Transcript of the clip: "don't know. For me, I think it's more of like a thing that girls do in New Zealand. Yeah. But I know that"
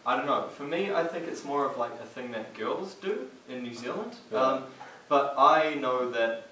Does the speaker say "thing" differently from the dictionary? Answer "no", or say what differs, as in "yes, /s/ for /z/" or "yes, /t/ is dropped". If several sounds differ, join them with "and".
no